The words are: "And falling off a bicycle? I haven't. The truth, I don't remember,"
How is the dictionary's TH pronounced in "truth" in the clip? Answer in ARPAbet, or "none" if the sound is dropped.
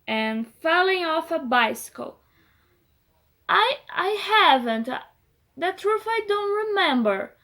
F